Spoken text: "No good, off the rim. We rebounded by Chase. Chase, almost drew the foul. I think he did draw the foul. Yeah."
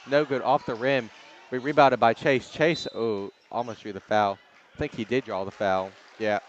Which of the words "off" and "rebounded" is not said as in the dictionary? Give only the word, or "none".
rebounded